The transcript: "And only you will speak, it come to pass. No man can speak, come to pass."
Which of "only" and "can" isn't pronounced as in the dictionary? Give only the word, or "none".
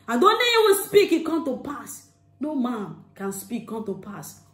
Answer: only